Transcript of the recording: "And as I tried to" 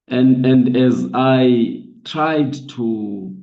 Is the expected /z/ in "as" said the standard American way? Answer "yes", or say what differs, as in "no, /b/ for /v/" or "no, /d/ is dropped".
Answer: yes